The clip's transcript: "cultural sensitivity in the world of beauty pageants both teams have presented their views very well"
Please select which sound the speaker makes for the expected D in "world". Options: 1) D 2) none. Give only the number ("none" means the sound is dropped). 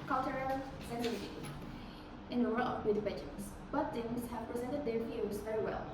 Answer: 2